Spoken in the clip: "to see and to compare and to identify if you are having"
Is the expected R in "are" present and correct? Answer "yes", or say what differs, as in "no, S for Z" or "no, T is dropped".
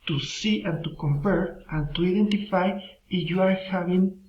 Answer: yes